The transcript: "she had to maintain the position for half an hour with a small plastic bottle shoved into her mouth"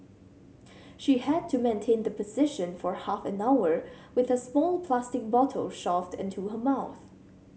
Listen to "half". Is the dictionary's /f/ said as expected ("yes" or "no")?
yes